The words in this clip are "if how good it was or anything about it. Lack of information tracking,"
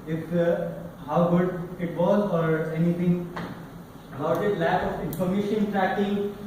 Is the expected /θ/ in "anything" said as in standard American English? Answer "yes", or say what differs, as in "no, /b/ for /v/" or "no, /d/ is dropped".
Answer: no, /t/ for /θ/